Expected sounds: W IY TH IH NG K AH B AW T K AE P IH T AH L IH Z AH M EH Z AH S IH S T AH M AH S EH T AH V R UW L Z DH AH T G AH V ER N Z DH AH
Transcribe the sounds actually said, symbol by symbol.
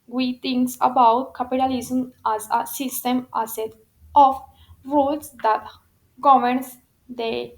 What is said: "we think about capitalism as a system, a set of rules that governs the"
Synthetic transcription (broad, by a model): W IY T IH NG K AH B AW T K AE P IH T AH L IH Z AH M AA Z AH S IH S T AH M AH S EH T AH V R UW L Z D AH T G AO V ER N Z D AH